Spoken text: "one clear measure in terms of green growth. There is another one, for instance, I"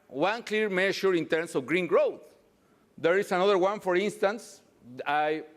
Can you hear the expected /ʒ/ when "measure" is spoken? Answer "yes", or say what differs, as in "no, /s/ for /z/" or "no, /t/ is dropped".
no, /ʃ/ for /ʒ/